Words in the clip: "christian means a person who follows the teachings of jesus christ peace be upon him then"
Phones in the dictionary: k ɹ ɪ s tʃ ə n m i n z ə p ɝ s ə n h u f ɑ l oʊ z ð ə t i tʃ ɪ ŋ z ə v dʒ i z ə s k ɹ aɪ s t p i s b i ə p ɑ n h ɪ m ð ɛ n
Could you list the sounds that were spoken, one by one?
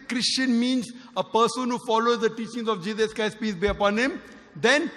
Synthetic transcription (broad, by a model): k ɹ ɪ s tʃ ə n m i n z ə p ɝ s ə n h u f ɑ l oʊ z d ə t i tʃ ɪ ŋ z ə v dʒ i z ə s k aɪ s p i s b i ə p ɑ n h ɪ m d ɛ n